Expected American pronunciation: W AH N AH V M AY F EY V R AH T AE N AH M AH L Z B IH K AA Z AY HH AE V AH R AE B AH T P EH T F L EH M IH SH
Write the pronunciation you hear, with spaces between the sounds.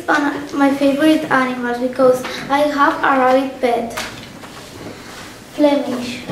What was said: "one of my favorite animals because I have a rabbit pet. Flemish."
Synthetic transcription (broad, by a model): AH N M AY F EY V R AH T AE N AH M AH L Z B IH K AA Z AY HH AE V AH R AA AH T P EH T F L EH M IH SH